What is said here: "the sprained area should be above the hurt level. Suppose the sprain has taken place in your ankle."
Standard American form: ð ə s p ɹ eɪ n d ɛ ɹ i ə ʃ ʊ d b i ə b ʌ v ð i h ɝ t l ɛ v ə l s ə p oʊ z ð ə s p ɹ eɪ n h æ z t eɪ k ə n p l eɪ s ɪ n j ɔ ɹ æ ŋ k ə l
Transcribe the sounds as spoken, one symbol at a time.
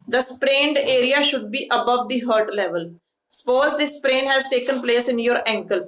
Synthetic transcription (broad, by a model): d ə s p ɹ eɪ n d ɛ ɹ i ə ʃ ʊ d b i ə b ʌ v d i h ɝ t l ɛ v ə l s ə p oʊ z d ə s p ɹ eɪ n h æ z t eɪ k ə n p l eɪ s ɪ n j ɔ ɹ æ ŋ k ə l